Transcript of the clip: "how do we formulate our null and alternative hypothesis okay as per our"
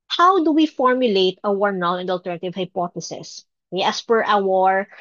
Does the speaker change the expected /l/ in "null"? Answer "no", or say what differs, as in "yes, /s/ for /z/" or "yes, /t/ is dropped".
yes, /n/ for /l/